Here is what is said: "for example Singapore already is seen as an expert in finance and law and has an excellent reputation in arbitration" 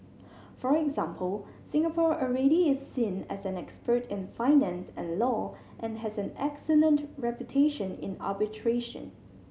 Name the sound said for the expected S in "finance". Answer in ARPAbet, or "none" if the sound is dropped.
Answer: S